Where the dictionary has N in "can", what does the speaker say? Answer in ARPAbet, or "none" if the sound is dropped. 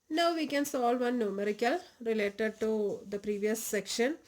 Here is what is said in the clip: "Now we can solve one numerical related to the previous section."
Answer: N